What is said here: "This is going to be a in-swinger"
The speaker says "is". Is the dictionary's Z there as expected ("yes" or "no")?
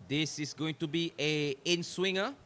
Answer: no